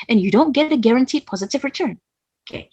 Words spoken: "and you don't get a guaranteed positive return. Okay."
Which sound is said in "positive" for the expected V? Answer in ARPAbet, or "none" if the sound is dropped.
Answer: V